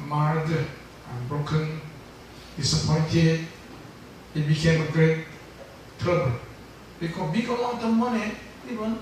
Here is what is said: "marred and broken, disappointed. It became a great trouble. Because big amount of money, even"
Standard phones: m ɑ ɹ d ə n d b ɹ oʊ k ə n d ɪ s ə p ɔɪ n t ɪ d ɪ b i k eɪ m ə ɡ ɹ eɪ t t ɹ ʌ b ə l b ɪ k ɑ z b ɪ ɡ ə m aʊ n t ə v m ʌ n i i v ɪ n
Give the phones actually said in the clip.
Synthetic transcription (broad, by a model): m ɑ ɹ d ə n b ɹ oʊ k ə n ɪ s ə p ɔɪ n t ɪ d ɪ b i k eɪ m ə ɡ ɹ eɪ t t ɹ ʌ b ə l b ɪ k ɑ b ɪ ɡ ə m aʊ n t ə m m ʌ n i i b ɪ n